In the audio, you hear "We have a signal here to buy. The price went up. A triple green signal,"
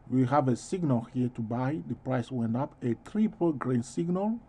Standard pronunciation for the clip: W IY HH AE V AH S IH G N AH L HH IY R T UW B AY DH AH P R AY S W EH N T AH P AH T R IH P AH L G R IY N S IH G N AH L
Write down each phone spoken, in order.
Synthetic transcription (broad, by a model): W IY HH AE V AH S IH G N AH L HH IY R T UW B AY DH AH P R AY S W EH N T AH P AH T R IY P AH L G R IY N S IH G N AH L